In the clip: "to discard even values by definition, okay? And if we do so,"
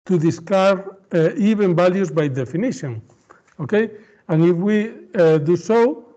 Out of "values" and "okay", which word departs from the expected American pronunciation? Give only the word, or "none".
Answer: values